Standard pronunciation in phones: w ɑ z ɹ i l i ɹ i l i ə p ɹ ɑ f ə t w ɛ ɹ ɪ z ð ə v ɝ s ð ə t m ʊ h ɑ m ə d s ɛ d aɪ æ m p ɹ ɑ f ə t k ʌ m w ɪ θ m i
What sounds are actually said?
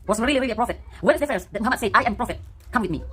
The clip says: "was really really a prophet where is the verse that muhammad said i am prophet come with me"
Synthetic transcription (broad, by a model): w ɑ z ɹ i l i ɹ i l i ə p ɹ ɑ f ə t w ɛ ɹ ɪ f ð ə f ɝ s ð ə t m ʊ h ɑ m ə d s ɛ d aɪ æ m p ɹ ɑ f ə t k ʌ m w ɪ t m i